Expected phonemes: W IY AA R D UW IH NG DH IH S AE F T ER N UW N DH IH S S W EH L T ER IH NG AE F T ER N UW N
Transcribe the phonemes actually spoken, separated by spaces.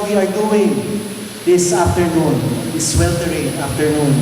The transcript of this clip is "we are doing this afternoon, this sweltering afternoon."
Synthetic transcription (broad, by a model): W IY AA R D UW IH NG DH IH S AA F T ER N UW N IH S S W EH L T ER IH NG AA F T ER N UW N